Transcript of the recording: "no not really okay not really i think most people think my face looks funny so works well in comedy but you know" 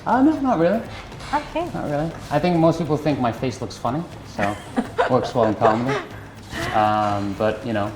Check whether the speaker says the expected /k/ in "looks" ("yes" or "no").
yes